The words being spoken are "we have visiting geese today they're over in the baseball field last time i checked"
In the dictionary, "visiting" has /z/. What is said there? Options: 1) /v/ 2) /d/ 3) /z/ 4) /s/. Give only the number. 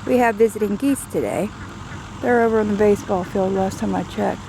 3